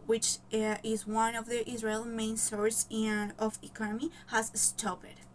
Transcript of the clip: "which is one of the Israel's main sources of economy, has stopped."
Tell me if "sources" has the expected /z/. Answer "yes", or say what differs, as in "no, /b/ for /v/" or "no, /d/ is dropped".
no, /z/ is dropped